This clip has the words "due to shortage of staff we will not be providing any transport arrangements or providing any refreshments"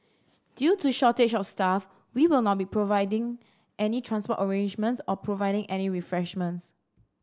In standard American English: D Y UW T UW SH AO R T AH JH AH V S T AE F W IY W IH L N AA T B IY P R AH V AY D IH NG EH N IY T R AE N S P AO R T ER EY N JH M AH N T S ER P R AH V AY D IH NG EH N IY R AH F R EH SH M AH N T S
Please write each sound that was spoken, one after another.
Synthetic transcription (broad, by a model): D Y UW T UW SH AO T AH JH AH F S T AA F W IY W IH L N AA T B IY P R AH V AY D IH NG EH N IY T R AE N S P AO T ER EY N JH M AH N T S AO P R AH V AY D IH NG EH N IY R AH F R EH SH M AH N T S